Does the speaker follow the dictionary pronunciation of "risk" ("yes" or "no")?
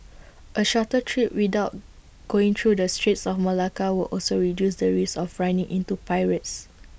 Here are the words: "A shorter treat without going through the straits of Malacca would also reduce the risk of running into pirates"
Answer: no